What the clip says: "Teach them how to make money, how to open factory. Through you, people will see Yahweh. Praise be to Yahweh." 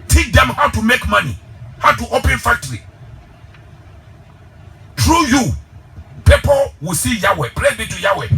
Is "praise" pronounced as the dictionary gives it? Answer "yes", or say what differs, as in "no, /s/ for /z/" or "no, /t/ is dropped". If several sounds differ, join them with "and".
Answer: no, /z/ is dropped